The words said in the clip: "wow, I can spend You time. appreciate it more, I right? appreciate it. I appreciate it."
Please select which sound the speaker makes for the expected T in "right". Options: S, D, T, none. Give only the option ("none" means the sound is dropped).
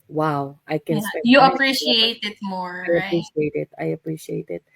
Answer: none